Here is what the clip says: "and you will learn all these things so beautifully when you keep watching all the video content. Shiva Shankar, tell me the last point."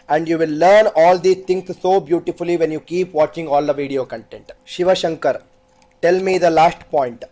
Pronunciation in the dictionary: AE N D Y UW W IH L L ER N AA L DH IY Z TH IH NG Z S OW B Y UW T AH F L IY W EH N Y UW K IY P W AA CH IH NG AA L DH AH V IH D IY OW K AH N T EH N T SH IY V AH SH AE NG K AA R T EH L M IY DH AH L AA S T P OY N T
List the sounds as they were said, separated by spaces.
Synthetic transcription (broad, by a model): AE N D Y UW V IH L L ER N AA L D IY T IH NG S S OW B Y UW T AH F L IY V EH N Y UW K IY P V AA CH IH NG AA L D AH V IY D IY OW K AH N T EH N T SH IY V AH SH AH NG K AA R T EH L M IY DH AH L AA S T P OY N T